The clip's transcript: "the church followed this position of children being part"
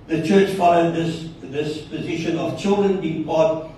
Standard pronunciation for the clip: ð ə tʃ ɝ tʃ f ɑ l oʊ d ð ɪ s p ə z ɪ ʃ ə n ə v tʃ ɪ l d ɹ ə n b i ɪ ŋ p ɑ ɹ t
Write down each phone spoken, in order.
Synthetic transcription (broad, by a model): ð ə tʃ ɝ tʃ f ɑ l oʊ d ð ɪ s p ə z ɪ ʃ ə n ə v tʃ ɪ l d ɹ ə n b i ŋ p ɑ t